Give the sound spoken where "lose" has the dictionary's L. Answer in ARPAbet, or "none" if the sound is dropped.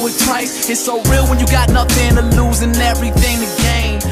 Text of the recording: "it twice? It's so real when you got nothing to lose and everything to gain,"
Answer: L